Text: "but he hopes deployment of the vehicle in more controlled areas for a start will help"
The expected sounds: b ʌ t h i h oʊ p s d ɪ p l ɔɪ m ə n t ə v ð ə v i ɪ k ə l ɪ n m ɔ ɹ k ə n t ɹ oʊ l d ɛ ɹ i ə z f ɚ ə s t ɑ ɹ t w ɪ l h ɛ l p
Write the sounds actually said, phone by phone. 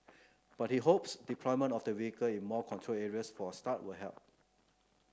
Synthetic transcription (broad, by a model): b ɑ t h i h oʊ p s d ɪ p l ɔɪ m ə n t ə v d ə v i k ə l ɪ n m ɔ k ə n t ɹ oʊ l ɛ ɹ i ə s f ə s t ɑ t w ɪ l h ɛ l p